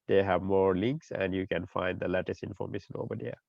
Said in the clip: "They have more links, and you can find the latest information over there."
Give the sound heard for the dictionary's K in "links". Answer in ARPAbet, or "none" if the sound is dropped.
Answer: K